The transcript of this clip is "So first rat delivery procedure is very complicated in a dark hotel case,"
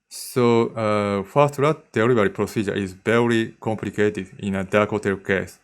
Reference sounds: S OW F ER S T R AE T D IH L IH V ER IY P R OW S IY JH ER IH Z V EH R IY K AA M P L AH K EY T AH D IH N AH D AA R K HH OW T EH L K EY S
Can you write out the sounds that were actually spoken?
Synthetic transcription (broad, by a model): S OW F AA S T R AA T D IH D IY B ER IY P R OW S IY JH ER IH Z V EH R IY K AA M P L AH K EY T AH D IH N AH D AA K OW T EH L K EY S